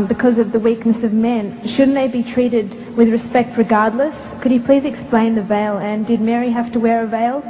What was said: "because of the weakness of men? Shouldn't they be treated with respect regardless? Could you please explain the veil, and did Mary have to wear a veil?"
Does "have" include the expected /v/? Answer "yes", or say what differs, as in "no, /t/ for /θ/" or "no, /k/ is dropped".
no, /f/ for /v/